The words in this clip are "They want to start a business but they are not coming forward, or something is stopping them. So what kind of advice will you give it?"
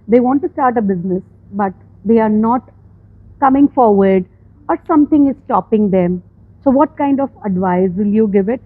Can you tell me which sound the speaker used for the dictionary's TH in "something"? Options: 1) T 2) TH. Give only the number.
1